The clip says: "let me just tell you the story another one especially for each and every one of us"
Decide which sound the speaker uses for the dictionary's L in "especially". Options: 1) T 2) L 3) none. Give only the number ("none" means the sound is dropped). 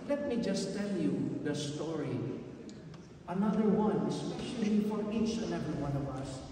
3